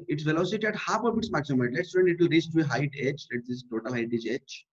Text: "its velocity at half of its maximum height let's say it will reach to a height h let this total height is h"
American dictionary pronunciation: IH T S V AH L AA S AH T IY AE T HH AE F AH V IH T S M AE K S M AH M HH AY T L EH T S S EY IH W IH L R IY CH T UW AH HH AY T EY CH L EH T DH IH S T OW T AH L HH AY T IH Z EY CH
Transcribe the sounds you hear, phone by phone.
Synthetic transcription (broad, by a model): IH T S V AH L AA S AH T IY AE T HH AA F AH B IH T S M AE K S AH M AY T L EH T S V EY IH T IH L R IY S T UW AH HH AY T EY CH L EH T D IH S T OW T AH L HH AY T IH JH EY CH